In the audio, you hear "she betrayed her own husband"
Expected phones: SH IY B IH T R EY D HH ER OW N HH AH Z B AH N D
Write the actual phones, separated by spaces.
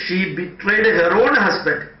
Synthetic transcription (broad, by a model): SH IY B IH T R EY D HH ER OW N HH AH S B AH N D